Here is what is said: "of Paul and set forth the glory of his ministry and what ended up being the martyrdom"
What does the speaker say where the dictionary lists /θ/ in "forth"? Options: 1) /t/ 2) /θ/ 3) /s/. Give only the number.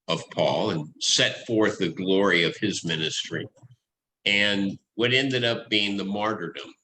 2